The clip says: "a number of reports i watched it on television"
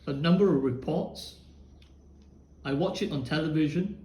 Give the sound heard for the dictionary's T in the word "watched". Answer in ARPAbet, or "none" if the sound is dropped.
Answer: none